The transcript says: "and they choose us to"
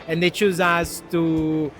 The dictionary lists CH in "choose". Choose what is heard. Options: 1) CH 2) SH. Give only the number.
1